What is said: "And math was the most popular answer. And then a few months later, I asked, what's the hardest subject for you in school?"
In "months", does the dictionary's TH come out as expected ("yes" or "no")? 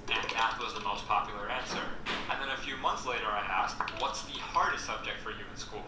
yes